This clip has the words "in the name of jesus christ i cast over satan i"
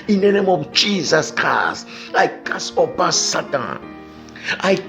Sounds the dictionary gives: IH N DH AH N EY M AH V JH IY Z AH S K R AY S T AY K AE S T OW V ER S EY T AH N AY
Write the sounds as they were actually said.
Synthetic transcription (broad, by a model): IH N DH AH N EY M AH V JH IY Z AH S K R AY S T AY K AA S OW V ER S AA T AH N AY